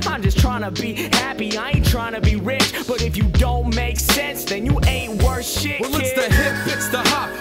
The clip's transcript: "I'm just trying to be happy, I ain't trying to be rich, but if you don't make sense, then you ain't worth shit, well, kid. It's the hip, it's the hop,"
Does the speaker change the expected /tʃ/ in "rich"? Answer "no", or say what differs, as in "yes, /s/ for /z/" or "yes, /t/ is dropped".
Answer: no